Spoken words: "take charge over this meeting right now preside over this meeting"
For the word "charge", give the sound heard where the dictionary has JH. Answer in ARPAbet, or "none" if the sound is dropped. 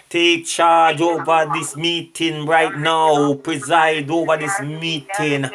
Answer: JH